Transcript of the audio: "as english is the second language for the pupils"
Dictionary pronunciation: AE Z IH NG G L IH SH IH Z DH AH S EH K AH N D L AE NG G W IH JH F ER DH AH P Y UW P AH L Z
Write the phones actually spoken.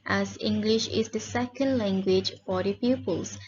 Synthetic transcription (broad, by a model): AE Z IH NG G L IH SH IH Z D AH S EH K AH N D L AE NG G W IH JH F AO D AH P Y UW P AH L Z